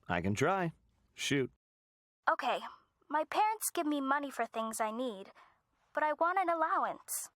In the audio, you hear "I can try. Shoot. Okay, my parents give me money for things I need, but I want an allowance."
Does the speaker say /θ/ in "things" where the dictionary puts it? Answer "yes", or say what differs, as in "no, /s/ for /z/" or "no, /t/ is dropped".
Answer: yes